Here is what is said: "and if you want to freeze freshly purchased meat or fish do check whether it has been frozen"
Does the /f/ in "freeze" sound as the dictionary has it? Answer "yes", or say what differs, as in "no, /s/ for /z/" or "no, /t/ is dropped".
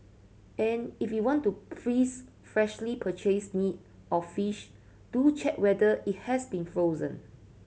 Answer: no, /p/ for /f/